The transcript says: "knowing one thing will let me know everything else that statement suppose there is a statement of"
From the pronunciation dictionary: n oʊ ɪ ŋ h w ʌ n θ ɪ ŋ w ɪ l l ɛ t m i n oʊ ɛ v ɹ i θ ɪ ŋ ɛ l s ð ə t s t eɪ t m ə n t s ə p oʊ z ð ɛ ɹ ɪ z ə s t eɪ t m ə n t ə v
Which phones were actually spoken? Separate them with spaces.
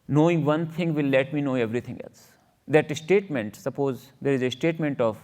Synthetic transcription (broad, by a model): n oʊ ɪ ŋ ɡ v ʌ n t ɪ ŋ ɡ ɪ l l ɛ t m i n oʊ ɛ v ɹ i t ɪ ŋ ɛ l s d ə t s t eɪ t m ə n t s ə p oʊ z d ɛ ɹ ɪ z ə s t eɪ t m ə n t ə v